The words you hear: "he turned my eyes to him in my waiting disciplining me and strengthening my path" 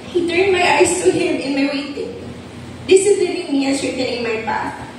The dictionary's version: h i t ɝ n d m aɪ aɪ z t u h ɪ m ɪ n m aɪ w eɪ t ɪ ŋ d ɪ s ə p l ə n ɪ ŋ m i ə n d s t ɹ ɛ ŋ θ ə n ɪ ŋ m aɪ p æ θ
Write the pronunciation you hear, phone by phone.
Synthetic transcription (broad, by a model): h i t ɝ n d m aɪ aɪ s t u h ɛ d ɪ n m aɪ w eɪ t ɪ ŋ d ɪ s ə l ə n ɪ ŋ m i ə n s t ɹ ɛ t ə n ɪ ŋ m aɪ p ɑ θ